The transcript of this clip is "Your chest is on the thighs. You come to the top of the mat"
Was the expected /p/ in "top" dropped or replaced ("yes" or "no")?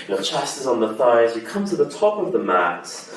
no